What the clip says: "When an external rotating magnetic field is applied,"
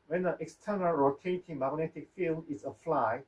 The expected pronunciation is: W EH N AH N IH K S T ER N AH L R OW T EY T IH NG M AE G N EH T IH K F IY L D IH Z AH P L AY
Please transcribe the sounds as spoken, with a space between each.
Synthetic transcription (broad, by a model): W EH N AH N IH K S T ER N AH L R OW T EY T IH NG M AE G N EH T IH K F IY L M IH S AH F L AY